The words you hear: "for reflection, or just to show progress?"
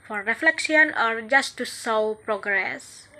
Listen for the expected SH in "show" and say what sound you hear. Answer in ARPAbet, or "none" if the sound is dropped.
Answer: S